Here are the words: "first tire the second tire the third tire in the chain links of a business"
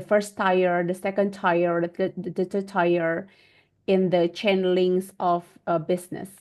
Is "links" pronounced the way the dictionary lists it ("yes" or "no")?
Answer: no